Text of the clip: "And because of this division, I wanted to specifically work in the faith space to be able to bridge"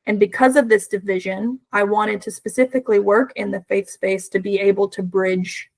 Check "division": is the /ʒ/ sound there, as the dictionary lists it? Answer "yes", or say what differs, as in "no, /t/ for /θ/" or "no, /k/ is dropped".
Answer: yes